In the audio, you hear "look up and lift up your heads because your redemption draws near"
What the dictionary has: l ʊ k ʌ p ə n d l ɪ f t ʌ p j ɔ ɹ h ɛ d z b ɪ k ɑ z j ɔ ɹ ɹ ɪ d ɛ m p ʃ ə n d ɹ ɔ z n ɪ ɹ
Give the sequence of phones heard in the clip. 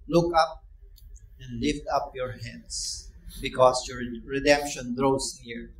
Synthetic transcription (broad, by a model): l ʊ k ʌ p ə n d l ɪ f t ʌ p j ɔ ɹ h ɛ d s b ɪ k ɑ s j ɔ ɹ ɹ ɪ d ɛ m p ʃ ə n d ɹ ɔ s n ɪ ɹ